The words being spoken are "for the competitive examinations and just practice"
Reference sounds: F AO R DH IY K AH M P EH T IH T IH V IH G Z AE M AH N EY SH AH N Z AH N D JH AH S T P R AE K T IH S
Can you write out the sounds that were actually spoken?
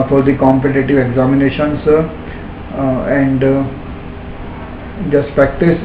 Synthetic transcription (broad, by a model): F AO R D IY K AH M P EH T IH T IH V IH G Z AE M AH N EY SH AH N S AH N D JH AH S T P R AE K T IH S